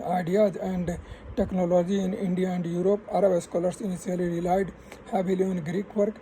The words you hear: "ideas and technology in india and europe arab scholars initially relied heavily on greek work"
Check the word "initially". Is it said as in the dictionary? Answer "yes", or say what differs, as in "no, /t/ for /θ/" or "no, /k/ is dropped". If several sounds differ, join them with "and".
no, /s/ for /ʃ/